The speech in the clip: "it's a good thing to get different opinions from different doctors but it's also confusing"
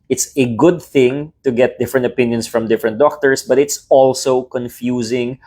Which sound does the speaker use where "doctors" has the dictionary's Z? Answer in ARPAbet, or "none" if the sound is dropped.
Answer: S